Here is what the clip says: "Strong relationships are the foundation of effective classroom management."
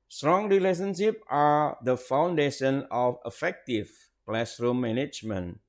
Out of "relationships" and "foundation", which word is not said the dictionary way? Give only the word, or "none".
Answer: relationships